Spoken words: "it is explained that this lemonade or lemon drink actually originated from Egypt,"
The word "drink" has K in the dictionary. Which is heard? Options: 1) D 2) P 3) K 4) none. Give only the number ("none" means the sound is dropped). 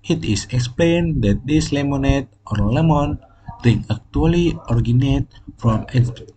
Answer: 4